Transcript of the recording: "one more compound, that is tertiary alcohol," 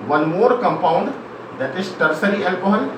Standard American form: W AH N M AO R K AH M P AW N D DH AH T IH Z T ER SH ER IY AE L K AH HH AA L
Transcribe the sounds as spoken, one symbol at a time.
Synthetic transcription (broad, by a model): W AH N M AO R K AH M P AW N D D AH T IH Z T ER S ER IY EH L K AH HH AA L